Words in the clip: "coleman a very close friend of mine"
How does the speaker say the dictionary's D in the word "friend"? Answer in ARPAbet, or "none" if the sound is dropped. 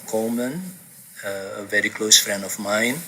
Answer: none